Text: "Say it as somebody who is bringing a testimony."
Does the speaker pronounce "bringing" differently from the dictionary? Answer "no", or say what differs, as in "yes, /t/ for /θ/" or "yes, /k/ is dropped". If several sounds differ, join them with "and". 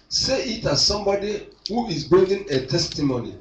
yes, /ɹ/ is dropped